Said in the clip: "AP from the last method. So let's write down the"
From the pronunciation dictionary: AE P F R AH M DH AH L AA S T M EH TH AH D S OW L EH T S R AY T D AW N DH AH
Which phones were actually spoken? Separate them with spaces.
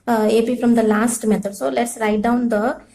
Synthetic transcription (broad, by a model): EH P F R AH M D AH L AA S T M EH T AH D S OW L EH T S R AY T D AW N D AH